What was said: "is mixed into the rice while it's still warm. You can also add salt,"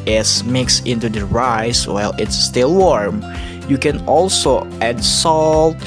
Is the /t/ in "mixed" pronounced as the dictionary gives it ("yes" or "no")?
no